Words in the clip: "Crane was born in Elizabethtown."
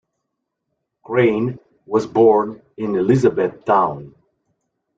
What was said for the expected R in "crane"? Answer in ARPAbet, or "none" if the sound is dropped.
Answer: R